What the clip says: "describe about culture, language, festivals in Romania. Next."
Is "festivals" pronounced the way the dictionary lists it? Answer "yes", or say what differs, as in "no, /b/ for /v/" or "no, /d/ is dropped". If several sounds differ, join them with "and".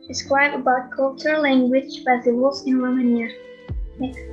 no, /w/ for /v/